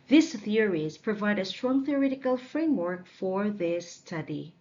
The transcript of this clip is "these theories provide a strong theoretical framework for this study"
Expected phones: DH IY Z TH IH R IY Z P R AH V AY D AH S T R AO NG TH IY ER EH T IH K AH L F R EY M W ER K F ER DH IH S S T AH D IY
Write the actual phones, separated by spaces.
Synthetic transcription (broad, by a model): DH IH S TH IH R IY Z P R AH V AY D AH S T R AO NG TH IY ER EH T IH K AH L F R EY M W ER K F ER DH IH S S T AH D IY